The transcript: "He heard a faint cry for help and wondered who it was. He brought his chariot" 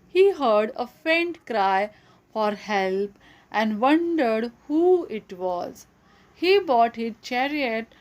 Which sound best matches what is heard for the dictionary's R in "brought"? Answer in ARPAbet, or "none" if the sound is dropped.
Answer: none